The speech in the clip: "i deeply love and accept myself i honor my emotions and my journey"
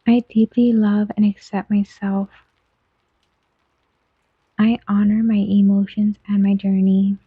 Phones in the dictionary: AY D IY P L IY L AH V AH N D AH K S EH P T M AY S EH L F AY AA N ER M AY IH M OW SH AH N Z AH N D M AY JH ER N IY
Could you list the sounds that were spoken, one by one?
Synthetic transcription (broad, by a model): AY D IY P L IY L AH V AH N AH K S EH P T M AY S EH L F AY AA N ER M AY IH M OW SH AH N Z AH N M AY JH ER N IY